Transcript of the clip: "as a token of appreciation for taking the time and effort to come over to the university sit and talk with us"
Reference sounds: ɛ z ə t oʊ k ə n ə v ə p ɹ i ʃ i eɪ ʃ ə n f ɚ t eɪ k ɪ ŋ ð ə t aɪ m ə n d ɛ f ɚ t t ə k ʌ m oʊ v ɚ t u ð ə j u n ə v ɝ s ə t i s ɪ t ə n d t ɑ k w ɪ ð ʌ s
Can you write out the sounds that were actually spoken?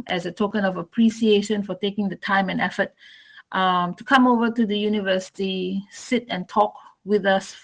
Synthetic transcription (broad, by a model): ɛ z ə t oʊ k ə n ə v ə p ɹ i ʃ i eɪ ʃ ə n f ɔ t eɪ k ɪ ŋ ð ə t aɪ m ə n ɛ f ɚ t t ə k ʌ m oʊ v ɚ t u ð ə j u n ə v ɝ s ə t i s ɪ t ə n t ɑ k w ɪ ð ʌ s